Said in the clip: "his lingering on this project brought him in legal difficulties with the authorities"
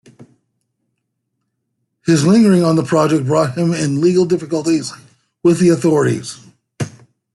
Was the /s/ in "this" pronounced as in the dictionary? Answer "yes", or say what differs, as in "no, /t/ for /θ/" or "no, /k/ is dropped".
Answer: no, /s/ is dropped